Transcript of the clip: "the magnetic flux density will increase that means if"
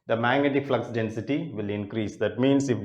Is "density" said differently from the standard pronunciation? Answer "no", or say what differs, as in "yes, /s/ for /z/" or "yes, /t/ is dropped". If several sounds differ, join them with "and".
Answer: no